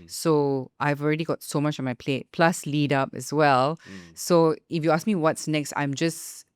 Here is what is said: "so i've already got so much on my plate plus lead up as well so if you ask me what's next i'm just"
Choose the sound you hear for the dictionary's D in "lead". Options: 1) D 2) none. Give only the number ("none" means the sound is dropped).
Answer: 1